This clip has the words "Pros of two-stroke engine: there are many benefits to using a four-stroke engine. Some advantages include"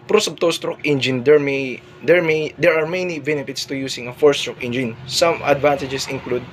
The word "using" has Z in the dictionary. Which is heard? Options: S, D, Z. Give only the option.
S